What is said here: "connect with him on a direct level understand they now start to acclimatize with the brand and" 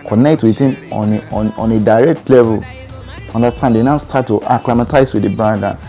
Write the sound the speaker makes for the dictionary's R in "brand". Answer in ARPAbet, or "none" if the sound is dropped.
none